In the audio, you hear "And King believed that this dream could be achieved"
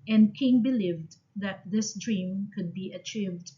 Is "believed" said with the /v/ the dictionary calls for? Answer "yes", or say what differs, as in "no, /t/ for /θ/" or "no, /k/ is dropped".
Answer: yes